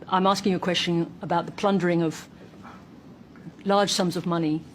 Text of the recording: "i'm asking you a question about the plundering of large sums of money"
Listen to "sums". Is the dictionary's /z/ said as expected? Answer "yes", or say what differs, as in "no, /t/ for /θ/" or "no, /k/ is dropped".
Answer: yes